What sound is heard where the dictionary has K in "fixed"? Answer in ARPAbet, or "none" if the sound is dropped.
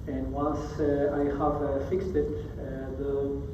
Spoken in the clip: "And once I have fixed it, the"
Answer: K